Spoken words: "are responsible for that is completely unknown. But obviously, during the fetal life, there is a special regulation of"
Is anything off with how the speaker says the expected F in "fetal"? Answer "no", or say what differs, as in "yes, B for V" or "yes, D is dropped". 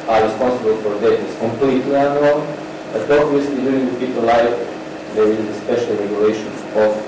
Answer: yes, P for F